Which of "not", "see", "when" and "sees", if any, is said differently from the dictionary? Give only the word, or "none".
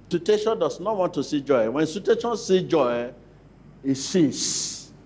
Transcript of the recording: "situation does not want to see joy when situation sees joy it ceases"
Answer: sees